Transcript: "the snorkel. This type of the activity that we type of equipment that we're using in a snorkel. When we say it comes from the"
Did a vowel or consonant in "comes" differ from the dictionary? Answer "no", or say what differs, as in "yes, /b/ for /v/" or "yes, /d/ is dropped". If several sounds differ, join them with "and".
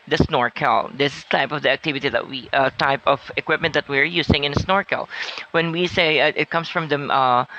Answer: yes, /s/ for /z/